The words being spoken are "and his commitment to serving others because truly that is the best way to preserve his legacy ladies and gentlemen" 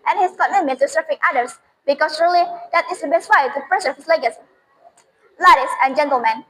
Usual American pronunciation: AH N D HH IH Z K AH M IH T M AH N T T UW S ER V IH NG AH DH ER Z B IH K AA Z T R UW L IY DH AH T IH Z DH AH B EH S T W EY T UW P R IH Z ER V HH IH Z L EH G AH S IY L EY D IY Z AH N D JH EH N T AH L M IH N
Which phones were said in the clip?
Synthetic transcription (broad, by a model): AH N HH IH S K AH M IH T M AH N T T UW S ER F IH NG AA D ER S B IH K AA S R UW L IY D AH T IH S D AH B EH S T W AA T UW P R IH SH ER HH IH S L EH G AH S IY L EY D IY S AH N JH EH N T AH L M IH N